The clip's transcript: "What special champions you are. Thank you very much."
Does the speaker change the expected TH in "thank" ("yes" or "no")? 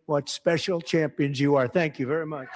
no